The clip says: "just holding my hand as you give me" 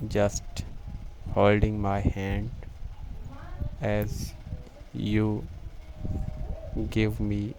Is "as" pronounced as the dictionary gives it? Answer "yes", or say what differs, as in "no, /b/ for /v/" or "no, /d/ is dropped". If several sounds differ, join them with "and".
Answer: yes